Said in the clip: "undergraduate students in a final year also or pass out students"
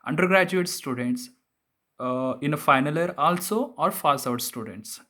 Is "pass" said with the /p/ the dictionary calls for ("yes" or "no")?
no